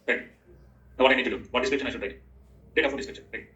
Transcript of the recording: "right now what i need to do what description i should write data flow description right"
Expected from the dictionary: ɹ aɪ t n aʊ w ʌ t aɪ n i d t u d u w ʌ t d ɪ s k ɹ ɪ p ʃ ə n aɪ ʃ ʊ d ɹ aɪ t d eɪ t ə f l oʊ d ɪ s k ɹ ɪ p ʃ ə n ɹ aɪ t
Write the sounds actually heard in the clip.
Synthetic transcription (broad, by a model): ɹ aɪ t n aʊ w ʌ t aɪ n i d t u d u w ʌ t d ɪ s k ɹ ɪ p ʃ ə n aɪ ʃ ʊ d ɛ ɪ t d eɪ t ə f oʊ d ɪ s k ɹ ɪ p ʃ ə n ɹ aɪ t